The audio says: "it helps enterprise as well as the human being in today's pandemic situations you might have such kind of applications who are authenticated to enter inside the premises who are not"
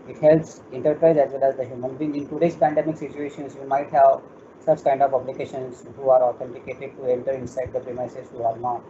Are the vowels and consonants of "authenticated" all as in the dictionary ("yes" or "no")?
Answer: no